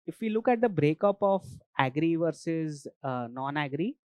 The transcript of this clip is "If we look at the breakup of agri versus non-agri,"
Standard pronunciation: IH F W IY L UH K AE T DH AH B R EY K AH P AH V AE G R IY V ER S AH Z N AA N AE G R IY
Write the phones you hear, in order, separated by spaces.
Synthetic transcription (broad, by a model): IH F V IY L UH K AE T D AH B R EY K AH P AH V AE G R IY V ER S AH Z N AA N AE G R IY